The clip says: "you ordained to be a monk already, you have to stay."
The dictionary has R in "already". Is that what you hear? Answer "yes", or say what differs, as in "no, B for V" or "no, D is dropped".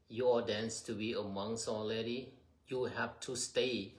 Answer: no, L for R